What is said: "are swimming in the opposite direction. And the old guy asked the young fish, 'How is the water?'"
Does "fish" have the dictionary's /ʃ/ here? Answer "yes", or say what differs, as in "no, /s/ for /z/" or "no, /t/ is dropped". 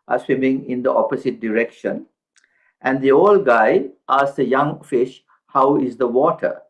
yes